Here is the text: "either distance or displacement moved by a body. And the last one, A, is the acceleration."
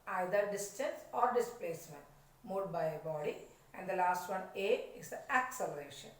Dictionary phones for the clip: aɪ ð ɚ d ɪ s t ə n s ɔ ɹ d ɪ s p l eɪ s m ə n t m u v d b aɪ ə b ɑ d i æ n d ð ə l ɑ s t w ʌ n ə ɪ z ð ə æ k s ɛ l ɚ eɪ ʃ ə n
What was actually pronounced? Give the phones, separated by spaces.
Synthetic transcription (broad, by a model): aɪ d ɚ d ɪ s t ə n s ɔ ɹ d ɪ s p l eɪ s m ə n t m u d b aɪ ə b ɑ d i æ n d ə l ɑ s t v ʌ n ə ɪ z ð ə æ k s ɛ l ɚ eɪ ʃ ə n